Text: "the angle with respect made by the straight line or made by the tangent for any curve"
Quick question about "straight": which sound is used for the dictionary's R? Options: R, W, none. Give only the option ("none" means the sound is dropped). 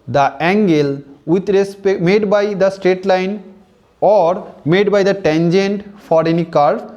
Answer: R